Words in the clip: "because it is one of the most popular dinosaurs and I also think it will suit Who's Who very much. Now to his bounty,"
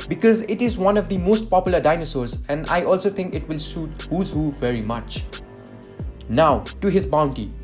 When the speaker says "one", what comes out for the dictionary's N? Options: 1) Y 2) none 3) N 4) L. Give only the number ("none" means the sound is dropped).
3